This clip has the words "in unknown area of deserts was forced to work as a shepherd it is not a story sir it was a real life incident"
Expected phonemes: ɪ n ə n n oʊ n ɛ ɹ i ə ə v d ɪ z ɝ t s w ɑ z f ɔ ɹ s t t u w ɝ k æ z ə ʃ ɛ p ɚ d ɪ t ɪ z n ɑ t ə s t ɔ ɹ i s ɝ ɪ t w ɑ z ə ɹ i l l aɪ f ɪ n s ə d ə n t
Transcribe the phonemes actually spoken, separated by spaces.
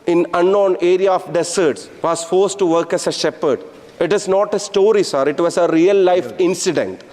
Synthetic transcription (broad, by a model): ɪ n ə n n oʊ n ɛ ɹ i ə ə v d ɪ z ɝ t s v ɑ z f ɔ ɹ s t t u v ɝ k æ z ə ʃ ɛ p ɚ d ɪ t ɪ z n ɑ t ə s t ɔ ɹ i s ɝ ɪ t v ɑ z ə ɹ i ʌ l aɪ f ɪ n s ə d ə n t